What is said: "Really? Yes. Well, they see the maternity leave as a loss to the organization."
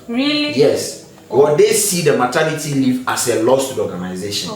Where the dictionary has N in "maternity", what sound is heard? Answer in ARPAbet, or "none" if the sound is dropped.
L